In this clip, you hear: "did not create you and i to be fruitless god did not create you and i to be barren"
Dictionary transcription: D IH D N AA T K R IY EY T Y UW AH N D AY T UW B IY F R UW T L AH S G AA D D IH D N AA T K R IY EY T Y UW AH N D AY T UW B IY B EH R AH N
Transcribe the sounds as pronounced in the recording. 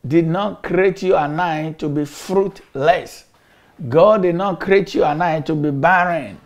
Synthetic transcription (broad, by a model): D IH D N AA T K R IY EY T Y UW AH N AY T UW B IY F R UW T L AH S G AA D D IH D N AA T K R IY EY T Y UW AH N AY T UW B IY B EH R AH N